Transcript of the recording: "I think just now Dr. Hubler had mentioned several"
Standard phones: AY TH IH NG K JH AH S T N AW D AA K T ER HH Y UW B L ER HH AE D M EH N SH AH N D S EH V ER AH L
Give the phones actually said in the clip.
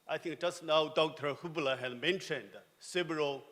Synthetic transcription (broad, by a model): AY T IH NG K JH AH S N AW D AA K T ER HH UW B L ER HH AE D M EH N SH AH N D S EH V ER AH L